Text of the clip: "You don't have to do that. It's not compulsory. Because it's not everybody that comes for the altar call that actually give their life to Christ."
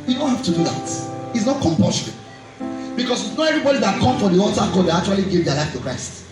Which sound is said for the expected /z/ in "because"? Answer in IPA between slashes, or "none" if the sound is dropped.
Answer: /s/